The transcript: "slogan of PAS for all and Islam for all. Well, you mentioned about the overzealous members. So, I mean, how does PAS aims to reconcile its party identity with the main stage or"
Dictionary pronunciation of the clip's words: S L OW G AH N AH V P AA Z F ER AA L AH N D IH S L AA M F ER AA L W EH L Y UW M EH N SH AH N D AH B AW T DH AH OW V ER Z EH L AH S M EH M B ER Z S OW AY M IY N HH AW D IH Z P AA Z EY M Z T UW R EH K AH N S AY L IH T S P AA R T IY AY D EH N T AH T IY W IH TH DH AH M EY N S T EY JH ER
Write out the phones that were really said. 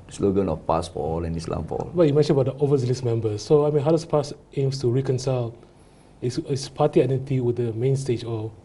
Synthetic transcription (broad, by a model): S L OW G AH N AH F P AA S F AA L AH N IH S L AA M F AA L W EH Y UW M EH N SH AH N AH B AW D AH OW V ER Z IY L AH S M EH M B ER S OW AY M IY N HH AW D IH S P AA S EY M S T UW R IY K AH N S AY L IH S S P AA T IY AY D EH N T AH T IY W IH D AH M EY N S T EY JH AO